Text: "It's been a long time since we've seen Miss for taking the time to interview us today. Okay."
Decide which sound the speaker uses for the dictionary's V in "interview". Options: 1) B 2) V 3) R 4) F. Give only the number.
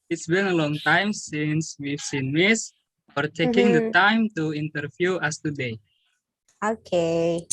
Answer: 4